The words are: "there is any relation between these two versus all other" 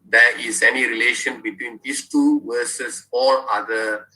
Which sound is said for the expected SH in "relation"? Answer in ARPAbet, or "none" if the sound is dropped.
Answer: SH